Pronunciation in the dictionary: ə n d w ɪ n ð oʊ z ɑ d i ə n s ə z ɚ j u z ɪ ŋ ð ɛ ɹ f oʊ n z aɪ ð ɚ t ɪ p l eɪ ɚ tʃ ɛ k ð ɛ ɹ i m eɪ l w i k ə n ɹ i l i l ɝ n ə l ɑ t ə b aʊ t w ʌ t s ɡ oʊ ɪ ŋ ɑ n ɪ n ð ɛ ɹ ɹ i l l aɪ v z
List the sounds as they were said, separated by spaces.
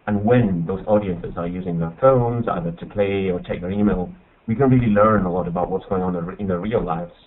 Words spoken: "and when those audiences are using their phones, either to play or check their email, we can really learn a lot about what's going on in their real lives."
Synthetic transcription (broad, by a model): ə n w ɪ n ð oʊ z ɑ d i ə n s ə z ɚ j u z ɪ ŋ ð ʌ ɹ f oʊ n z aɪ ð ɚ t ɪ p l eɪ ɚ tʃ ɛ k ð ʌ ɹ i m eɪ l w i k ə n ɹ i l i l ɝ n ə l ɑ t ə b aʊ t w ʌ t s ɡ oʊ ɪ ŋ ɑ n ɪ n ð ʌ ɹ ɹ i l l aɪ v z